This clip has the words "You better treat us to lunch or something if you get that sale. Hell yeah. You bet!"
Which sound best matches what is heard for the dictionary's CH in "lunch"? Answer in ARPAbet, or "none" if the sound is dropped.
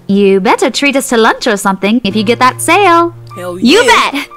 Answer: CH